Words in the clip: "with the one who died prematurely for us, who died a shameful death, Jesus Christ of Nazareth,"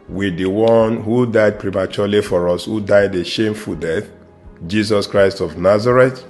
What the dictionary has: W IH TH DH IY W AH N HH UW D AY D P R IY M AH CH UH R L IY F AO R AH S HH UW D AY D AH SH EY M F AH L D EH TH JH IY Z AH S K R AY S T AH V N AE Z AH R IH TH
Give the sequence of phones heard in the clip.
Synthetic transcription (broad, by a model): W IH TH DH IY W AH N HH UW D AY D P R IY M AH CH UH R L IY F AO R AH S HH UW D AY D AH SH EY M F AH L D EH TH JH IY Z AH S K R AY S T AH V N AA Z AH R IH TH